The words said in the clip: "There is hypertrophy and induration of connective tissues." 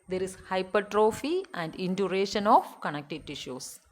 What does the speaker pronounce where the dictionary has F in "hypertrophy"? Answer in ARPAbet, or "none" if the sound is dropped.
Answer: F